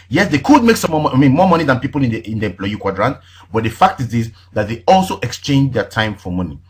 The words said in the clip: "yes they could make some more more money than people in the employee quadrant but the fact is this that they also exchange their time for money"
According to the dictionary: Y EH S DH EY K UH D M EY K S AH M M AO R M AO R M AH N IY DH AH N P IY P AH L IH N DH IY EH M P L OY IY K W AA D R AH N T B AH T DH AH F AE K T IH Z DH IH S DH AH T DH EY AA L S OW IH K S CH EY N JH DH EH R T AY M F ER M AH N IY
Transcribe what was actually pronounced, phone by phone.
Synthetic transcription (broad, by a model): Y EH S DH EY K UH D M EY K S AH M M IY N M AO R M AH N IY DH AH N P IY P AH N IH N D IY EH M P L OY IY K W AA D R AH N T B AH T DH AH F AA K T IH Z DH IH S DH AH T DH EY AA L S OW IH K S CH EY N JH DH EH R T AY M F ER M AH N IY